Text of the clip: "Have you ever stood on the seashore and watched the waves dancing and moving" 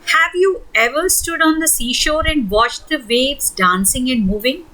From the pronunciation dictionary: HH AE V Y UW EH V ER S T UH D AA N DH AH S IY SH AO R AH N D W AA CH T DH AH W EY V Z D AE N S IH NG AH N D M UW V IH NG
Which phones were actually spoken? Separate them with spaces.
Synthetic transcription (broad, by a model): HH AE V Y UW EH V ER S T UH D AA N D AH S IY SH AO R AH N D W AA CH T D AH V EY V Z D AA N S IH NG AH N D M UW V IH NG